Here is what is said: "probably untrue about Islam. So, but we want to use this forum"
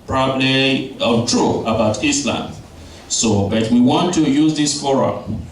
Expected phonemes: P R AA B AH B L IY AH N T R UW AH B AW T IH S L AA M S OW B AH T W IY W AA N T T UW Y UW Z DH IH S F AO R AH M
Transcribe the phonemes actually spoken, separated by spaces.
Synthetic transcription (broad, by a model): P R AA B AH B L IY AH T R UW AH B AW T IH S L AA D S OW B AH T W IY W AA N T T UW Y UW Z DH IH S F AO R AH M